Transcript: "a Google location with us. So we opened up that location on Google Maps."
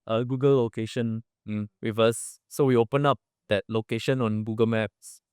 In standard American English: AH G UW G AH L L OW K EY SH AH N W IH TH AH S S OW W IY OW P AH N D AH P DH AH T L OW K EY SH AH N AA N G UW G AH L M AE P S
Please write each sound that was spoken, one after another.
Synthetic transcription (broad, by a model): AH G UW G AH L L OW K EY SH AH N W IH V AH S S OW W IY OW P AH N AH P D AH T L OW K EY SH AH N AA N G UW G AH L M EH P S